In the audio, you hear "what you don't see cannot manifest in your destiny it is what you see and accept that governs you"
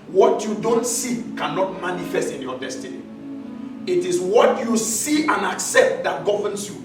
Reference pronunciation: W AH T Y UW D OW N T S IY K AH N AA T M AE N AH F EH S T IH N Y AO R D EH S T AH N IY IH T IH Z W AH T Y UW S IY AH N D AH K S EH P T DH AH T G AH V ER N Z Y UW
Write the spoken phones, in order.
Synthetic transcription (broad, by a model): W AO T Y UW D OW N T S IY K AH N AA T M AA N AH F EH S T IH N Y AO D EH S T AH N IY IH T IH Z W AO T Y UW S IY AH N AH K S EH P T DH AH T G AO V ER N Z Y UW